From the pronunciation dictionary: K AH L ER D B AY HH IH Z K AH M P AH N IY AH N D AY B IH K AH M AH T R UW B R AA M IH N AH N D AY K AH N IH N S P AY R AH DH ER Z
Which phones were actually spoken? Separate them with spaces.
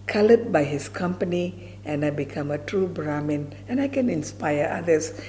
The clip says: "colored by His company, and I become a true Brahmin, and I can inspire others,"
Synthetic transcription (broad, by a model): K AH L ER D B AY HH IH S K AH M P AH N IY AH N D AY B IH K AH M AH T R UW B R AA M IH N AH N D AY K AH N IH N S P AY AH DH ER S